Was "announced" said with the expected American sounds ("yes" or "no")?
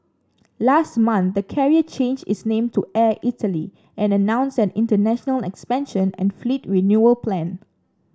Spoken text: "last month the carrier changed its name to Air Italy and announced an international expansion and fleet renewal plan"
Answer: no